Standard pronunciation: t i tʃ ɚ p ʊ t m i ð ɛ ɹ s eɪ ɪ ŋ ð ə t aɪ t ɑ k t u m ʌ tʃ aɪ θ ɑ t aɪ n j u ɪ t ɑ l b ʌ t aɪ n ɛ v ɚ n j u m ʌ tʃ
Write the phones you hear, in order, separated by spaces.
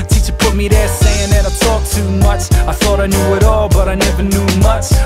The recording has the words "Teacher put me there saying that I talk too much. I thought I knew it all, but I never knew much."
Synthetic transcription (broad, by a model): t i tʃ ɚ p ʊ t m i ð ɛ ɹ s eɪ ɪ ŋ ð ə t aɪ t ɑ k t u m ʌ tʃ aɪ θ ɑ t aɪ n j u ɪ t ɑ l b ʌ t aɪ n ɛ v ɚ n j u m ʌ tʃ